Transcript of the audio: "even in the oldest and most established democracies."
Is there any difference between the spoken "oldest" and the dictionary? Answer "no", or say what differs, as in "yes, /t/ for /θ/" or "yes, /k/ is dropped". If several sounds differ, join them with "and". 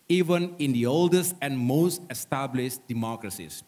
no